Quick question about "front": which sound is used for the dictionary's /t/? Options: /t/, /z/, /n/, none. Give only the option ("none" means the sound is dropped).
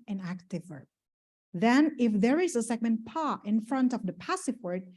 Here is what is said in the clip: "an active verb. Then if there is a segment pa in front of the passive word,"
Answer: /t/